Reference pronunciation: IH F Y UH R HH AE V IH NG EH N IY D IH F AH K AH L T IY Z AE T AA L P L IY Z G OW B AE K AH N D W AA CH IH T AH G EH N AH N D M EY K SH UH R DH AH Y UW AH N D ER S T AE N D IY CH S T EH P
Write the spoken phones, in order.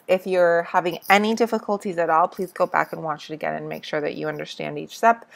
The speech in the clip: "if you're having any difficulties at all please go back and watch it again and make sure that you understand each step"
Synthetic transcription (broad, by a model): IH F Y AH R HH AE V IH NG EH N IY D IH F AH K AH L T IY Z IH T AA L P L IY Z G OW B AE K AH N W AA CH IH T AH G EH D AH N M EY K SH UH R DH AH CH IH AH N D ER S T AE N D IY CH S T EH P